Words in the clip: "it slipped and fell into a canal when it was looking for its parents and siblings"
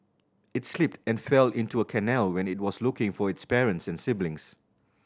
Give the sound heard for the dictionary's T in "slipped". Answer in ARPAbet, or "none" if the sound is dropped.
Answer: T